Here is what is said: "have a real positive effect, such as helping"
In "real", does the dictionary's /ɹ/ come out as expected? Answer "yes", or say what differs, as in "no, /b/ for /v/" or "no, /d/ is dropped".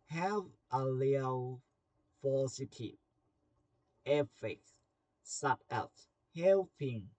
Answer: no, /l/ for /ɹ/